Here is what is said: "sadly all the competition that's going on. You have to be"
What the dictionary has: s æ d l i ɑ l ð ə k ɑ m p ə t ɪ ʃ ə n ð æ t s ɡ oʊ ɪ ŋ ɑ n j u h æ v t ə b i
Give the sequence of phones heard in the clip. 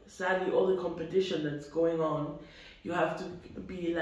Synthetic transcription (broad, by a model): s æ d l i ɑ l ð ə k ɑ m p ə t ɪ ʃ ə n ð æ t s ɡ oʊ ɪ ŋ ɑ n j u h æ f t ə b i